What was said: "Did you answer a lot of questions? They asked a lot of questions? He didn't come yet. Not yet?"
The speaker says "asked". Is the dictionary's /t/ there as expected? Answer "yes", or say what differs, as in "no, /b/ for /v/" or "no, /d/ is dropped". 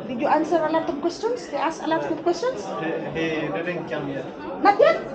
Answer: no, /t/ is dropped